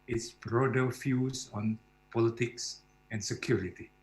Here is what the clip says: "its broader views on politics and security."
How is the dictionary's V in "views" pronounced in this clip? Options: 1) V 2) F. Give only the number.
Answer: 2